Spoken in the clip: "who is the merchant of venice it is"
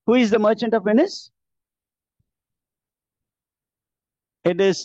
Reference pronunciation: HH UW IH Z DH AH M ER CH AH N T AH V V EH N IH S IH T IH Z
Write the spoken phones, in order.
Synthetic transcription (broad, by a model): HH UW IH Z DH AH M ER CH AH N T AH V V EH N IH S IH T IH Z